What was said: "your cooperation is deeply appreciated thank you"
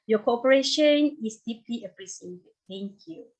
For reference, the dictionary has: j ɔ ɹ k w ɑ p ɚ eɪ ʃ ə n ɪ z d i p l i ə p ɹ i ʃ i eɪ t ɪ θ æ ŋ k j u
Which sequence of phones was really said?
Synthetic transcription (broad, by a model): j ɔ k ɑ p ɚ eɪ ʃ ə n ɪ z d i p l i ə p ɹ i s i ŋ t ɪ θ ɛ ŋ k j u